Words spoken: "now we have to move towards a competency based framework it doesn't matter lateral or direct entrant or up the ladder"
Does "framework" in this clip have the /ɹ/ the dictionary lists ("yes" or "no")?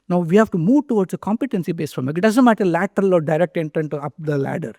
no